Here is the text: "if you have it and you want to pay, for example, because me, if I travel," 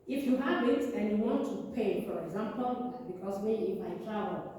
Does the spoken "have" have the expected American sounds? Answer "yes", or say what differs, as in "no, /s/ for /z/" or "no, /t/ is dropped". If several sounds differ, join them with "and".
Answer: no, /w/ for /v/